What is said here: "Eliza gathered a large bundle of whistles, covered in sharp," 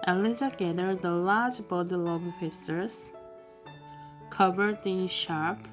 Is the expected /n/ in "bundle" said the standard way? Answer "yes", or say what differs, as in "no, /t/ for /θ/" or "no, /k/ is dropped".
no, /n/ is dropped